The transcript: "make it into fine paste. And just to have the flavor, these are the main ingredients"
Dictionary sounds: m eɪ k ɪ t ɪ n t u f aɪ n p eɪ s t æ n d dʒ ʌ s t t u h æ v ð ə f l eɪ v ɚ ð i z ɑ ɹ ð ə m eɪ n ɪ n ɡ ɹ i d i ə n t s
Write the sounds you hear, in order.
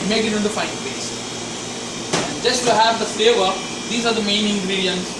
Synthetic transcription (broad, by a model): m eɪ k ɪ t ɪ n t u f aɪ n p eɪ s æ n d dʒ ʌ s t t u h æ v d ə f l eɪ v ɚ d i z ɑ ɹ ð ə m eɪ n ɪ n ɡ ɹ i d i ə n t s